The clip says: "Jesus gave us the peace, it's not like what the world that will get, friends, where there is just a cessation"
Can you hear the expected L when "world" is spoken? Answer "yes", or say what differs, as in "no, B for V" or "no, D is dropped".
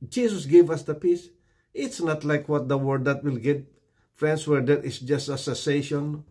no, L is dropped